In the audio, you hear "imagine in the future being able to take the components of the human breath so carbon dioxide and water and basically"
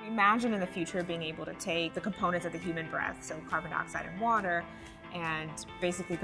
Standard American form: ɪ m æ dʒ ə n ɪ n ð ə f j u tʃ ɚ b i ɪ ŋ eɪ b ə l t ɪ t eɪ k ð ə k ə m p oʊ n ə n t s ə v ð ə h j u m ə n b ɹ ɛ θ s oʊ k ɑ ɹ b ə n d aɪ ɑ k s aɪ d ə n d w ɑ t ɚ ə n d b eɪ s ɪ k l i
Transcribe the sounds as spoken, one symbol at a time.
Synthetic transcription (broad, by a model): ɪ m æ dʒ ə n ɪ n ð ə f j u tʃ ɚ b i ɪ ŋ eɪ b l t ɪ t eɪ k ð ə k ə m p oʊ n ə n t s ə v ð ə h j u m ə n b ɹ ɛ θ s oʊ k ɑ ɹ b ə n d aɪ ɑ k s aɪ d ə n w ɑ t ɚ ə n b eɪ s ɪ k l i